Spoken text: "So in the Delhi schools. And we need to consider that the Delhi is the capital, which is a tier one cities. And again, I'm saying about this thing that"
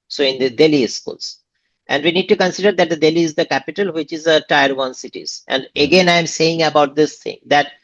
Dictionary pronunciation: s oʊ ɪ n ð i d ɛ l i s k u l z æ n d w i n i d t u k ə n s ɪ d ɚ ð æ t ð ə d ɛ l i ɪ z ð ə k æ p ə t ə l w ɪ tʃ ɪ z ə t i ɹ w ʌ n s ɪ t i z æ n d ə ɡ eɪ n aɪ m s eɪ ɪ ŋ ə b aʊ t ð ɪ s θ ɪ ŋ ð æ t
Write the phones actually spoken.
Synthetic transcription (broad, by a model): s oʊ ɪ n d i d ɛ l i s k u l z æ n d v i n i d t u k ə n s ɪ d ɚ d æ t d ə d ɛ l i ɪ z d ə k æ p ə t ə l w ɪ tʃ ɪ z ə t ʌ ɹ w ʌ n s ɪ t i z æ n d ə ɡ eɪ n aɪ m s eɪ ɪ ŋ ə b aʊ t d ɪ s t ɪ ŋ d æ t